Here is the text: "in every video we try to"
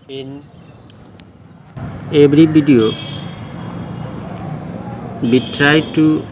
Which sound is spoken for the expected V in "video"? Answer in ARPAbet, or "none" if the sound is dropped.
B